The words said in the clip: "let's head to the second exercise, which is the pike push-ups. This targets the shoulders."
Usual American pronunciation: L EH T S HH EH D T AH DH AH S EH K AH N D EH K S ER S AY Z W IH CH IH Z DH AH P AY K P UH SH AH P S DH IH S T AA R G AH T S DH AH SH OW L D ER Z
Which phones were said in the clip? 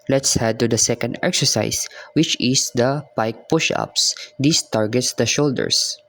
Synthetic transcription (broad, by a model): L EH T S HH EH D T AH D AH S EH K AH N D EH K S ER S AY S W IH CH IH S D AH P AY K P UH SH AH P S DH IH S T AA R G AH T S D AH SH OW L D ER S